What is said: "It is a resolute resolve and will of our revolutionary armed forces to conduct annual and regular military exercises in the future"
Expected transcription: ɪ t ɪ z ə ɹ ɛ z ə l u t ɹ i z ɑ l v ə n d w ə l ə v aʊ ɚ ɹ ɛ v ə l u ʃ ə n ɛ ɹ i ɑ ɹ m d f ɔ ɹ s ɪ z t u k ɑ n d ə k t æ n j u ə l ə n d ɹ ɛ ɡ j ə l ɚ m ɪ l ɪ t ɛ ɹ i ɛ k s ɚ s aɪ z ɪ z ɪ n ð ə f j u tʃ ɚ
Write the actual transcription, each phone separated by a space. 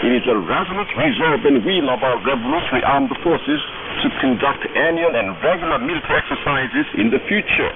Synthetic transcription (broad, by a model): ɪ t ɪ z ə ɹ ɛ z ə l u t ɹ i z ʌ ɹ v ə n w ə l ə v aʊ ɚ ɹ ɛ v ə l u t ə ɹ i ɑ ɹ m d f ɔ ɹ s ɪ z t u k ɑ n d ə k t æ n j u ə n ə n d ɹ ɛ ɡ j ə l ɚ m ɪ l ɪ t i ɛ k s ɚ s aɪ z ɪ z ɪ n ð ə f j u tʃ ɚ